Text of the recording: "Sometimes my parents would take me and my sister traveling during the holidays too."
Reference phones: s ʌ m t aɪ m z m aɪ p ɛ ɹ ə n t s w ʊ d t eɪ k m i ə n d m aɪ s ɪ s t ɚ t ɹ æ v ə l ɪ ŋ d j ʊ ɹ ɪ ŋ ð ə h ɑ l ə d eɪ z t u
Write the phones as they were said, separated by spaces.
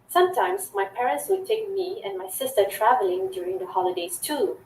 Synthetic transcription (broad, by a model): s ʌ m t aɪ m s m aɪ p ɛ ɹ ə n t s w ʊ d t eɪ k m i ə n m aɪ s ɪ s t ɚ t ɹ æ v ə l ɪ ŋ d j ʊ ɹ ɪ ŋ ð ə h ɑ l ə d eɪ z t u